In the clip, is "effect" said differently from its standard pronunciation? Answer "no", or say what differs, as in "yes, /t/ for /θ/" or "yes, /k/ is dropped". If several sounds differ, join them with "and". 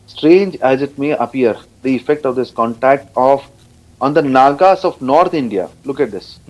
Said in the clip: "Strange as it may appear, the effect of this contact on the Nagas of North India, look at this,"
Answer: no